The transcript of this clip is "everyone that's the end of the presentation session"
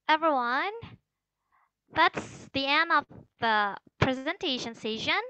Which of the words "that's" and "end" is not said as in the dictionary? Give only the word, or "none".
end